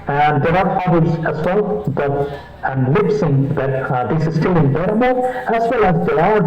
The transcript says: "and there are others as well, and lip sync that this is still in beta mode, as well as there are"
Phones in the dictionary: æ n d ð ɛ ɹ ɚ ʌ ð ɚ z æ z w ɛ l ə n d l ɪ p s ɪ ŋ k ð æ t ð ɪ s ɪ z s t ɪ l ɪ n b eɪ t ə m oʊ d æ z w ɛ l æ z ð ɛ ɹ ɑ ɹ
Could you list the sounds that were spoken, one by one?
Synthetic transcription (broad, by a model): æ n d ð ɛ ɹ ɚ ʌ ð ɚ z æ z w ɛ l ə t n l ɪ p s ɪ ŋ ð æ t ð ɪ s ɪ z s t ɪ l ɪ n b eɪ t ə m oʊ æ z w ɛ l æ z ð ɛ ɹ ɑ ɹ